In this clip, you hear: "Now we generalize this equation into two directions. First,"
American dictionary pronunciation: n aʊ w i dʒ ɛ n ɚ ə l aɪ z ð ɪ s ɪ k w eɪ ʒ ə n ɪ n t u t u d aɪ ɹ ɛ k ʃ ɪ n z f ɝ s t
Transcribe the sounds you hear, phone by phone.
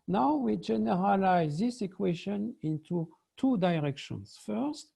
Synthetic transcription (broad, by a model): n aʊ w i dʒ ɛ n ɚ ə l aɪ z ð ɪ s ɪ k w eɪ ʃ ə n ɪ n t u t u d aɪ ɹ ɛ k ʃ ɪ n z f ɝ s t